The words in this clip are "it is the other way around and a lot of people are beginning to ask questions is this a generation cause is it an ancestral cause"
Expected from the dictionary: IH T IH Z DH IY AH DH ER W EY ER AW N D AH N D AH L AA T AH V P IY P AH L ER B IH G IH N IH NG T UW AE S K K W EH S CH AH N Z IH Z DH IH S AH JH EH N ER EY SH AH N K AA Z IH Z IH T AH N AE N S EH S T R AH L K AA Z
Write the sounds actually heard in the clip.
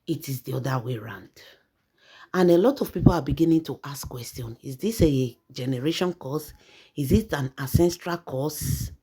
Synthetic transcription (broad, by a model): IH T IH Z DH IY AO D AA W EY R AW N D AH N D AH L AA T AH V P IY P AH L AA B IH G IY N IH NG T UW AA S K K W EH S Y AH N IH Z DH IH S AH JH EH N ER EY SH AH N K AA S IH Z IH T AH N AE S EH S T R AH L K AA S